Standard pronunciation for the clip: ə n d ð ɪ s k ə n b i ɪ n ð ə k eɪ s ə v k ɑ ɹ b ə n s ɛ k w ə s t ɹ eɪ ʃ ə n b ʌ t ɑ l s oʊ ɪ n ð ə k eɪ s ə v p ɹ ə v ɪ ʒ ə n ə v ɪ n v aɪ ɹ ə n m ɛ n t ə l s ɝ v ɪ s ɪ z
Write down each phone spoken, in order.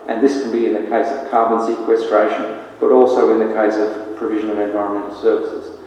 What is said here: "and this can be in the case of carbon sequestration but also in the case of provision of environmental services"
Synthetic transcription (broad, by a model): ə n ð ɪ s k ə n b i ɪ n ð ə k eɪ s ə v k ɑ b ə n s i k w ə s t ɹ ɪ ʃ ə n b ʌ t ɑ l s oʊ ɪ n ð ə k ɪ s ə v p ɹ ə v ɪ ʒ ə n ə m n v aɪ ɹ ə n m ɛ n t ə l s ɝ v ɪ s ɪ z